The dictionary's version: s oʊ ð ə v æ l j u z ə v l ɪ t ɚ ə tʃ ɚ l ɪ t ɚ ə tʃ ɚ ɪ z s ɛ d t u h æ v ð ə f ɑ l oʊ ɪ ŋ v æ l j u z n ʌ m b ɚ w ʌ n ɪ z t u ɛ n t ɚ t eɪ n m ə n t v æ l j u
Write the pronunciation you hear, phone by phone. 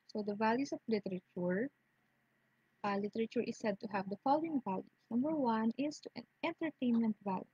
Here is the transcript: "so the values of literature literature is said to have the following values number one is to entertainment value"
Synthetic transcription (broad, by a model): s oʊ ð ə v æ l j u s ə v l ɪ t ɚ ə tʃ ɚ l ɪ t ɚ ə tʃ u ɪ s ɛ d t u h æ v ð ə f ɑ l oʊ ɪ ŋ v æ l j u s n ʌ m b ɚ w ʌ n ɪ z t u ɛ n t ɚ t eɪ n m ə n t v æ l j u